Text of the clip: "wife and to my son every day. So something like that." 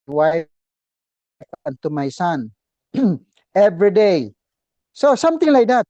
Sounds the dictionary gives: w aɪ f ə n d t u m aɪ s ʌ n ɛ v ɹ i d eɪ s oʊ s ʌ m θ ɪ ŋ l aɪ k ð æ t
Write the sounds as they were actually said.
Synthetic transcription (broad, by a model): w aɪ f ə n t u m aɪ s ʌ n ɛ v ɹ i d eɪ s oʊ s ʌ m t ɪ ŋ l aɪ k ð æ t